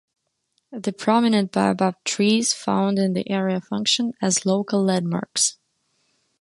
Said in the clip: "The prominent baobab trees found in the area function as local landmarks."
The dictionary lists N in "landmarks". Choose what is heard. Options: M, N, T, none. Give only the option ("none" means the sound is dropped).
none